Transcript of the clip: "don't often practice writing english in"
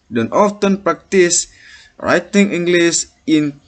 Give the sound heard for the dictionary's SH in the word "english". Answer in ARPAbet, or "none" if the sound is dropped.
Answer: S